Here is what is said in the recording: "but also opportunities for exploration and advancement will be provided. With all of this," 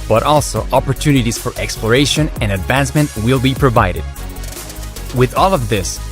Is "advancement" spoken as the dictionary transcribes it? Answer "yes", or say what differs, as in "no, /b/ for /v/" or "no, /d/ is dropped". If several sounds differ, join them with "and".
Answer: yes